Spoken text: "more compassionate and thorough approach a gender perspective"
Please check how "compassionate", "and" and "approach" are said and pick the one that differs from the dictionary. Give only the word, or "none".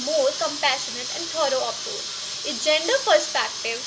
approach